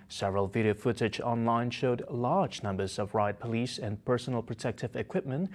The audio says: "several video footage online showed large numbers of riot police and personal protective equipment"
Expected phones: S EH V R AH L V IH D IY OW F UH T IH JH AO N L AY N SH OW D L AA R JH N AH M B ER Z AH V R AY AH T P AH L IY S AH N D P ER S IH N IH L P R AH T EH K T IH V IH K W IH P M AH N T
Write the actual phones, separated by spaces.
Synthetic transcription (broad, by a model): S EH V R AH L V IH D IY OW F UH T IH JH AO N L AY N SH OW D L AA R JH N AH M B ER Z AH V R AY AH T P AH L IY S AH N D P ER S N L P R AH T EH K T IH V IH K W IH P M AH N T